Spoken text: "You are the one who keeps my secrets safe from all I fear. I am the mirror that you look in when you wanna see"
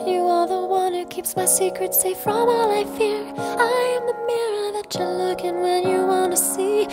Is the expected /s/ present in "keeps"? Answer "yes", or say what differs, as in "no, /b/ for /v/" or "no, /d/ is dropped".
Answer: yes